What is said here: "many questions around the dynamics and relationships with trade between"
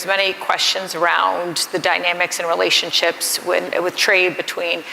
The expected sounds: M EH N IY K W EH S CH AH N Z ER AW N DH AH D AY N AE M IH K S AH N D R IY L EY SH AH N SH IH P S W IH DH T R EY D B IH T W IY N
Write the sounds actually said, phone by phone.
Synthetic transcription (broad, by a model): M EH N IY K W EH S CH AH N Z ER AW N DH AH D AY N AE M IH K S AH N R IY L EY SH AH N SH IH P S W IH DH T R EY D B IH T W IY N